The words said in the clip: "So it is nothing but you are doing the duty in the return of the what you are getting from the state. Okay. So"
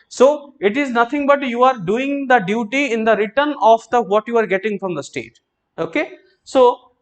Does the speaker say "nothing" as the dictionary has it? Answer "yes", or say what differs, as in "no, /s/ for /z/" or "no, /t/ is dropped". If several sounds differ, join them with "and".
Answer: no, /t/ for /θ/